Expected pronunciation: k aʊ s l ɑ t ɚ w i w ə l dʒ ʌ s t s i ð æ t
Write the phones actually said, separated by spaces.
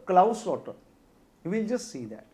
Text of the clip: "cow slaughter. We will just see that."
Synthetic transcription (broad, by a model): k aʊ s ɑ t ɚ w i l dʒ ʌ s t s i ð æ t